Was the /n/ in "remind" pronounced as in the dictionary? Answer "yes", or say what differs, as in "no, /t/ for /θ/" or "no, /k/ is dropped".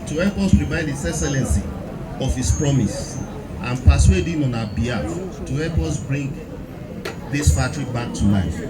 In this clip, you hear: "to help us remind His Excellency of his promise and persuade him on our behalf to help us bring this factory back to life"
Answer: no, /n/ is dropped